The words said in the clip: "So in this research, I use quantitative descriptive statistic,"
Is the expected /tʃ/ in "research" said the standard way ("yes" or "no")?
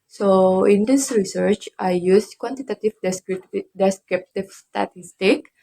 yes